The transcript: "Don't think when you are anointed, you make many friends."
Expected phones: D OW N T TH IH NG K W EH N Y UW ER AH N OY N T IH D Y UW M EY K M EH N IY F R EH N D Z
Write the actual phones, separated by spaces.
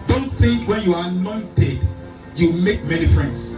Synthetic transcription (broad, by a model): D OW N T S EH W EH N Y UW AH N OY N T IH D Y UW M EY K M EH N IY F R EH N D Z